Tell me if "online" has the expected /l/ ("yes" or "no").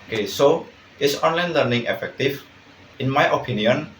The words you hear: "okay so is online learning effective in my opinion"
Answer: yes